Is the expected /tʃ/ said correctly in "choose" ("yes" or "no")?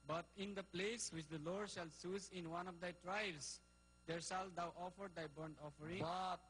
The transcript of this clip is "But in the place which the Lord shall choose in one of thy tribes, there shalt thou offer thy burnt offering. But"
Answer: no